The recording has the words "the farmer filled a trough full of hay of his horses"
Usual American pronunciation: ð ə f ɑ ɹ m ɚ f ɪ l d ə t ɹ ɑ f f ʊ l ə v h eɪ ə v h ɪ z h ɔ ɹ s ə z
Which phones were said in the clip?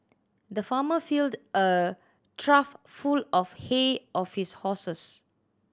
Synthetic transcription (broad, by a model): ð ə f ɑ m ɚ f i l d ə t ɹ ɑ f f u l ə f h eɪ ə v h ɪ s h ɔ s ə s